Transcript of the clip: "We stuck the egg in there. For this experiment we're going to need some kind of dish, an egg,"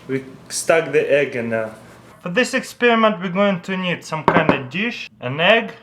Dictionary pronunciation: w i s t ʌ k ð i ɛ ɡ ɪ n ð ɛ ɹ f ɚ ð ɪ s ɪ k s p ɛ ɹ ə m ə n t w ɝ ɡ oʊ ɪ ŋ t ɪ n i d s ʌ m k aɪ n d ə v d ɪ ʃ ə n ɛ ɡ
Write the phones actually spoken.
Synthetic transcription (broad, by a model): w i s t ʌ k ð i ɛ ɡ ɪ n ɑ f ɚ ð ɪ s ɪ k s p ɛ ɹ ə m ə n t w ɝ ɡ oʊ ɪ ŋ t ɪ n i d s ʌ m k aɪ n d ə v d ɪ ʃ ə n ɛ ɡ